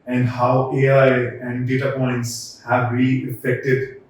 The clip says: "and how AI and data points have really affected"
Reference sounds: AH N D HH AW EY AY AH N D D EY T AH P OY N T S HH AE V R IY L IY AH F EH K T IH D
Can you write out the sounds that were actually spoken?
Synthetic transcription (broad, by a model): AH N D HH AW EY AY AH N D D EY T AH P OY N T S HH AE V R IY IY F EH K T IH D